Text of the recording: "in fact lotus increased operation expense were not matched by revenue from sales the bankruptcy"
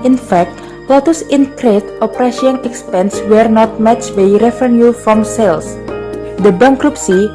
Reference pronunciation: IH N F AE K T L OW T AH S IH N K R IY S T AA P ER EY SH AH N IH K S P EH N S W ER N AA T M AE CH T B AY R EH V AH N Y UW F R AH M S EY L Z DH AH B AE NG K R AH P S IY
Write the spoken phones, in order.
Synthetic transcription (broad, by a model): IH N F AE K T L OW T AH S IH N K R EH T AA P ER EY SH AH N IH K S P EH N S W ER N AA T M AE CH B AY R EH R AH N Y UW F R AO M S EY L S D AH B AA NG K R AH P S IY